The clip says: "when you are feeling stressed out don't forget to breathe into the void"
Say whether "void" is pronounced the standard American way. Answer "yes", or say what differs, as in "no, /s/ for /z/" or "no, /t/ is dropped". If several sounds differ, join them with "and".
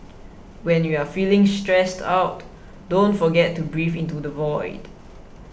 yes